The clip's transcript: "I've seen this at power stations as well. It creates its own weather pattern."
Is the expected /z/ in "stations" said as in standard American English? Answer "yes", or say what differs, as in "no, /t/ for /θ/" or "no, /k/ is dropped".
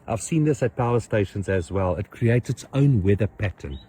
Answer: yes